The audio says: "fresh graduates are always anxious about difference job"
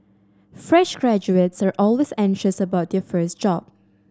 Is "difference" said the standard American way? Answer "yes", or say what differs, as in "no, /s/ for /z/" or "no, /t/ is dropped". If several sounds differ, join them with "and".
no, /ɹ/ is dropped and /n/ is dropped